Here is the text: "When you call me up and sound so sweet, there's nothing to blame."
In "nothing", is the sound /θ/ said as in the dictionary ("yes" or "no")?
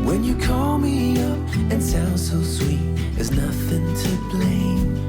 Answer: yes